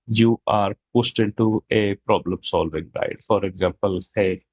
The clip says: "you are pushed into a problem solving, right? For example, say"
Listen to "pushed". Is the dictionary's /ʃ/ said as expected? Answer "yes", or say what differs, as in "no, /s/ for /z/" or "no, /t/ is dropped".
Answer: no, /s/ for /ʃ/